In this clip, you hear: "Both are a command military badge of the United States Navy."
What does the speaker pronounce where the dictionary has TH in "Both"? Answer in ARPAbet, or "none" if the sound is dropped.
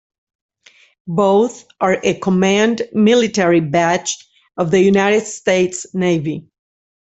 TH